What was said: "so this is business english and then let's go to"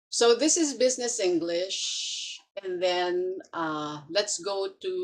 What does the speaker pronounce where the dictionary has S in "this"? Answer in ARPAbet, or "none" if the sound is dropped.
S